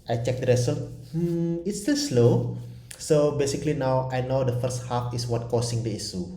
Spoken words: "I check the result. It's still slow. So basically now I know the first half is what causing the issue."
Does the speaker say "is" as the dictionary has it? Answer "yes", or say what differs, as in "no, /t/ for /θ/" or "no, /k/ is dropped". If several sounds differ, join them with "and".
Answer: no, /s/ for /z/